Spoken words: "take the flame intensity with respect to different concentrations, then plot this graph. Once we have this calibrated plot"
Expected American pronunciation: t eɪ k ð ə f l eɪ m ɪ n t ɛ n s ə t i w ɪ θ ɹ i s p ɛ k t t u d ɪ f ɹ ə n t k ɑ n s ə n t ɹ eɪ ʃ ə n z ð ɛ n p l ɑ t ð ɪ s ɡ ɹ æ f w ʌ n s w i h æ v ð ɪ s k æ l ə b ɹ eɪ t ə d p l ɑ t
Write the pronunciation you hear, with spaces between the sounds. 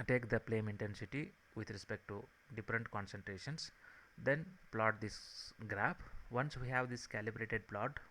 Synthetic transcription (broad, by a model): t eɪ k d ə p l eɪ m ɪ n t ɛ n s ə t i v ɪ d ɹ i s p ɛ k t t u d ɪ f ɹ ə n t k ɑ n s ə n t ɹ eɪ ʃ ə n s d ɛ n p l ɑ t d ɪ s ɡ ɹ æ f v ʌ n s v i h æ v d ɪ s k æ l ə b ɹ eɪ t ə d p l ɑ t